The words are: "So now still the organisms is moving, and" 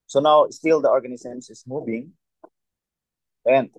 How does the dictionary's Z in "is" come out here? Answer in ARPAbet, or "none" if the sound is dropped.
S